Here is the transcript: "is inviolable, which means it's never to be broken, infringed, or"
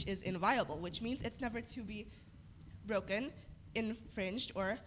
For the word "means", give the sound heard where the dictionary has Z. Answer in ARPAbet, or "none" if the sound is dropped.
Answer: Z